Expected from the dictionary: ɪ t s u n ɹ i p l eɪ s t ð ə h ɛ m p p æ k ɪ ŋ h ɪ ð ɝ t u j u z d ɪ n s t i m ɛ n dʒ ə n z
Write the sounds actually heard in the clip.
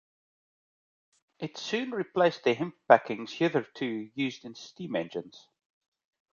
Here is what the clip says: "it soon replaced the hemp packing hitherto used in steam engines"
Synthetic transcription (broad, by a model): ɪ t s u n ɹ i p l eɪ s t ð ə h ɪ m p b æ k ɪ ŋ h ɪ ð ɝ t u j u z d ɪ n s t i m ɛ n dʒ ə n z